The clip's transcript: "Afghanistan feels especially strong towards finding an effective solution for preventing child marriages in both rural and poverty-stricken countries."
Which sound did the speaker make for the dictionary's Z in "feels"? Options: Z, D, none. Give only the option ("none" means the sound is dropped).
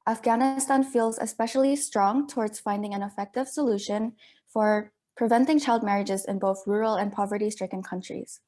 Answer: Z